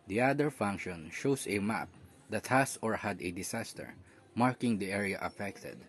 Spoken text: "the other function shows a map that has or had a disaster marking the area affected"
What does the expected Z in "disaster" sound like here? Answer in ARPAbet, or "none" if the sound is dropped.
S